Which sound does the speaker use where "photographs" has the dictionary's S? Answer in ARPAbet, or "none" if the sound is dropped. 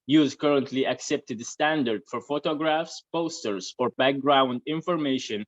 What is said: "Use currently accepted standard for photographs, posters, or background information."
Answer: S